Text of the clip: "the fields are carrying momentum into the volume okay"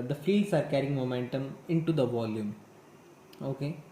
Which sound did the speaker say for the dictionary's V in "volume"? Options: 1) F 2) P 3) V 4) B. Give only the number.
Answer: 3